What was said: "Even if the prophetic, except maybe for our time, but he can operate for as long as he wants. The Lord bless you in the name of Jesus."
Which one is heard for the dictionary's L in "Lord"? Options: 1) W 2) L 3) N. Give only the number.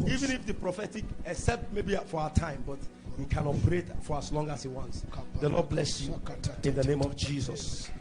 3